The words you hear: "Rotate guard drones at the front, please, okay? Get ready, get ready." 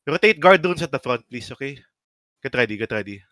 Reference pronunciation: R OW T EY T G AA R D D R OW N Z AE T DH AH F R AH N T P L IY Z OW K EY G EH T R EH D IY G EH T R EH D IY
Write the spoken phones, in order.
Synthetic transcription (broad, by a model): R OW T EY T G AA R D D OW N S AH T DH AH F R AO N T P L IY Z OW K EY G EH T R EH D IY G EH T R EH D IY